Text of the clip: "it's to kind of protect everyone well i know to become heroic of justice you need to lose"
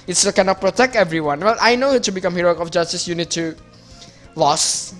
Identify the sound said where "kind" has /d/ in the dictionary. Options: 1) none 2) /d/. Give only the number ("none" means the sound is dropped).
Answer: 1